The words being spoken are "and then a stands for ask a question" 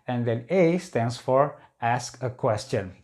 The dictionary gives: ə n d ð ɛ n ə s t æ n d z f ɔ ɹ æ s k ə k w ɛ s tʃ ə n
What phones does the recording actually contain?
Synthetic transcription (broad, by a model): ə n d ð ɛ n ə s t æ n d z f ɔ ɹ æ s k ə k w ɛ s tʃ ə n